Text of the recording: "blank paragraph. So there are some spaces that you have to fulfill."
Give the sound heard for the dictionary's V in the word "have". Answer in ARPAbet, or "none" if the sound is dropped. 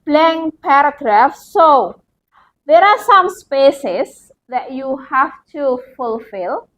F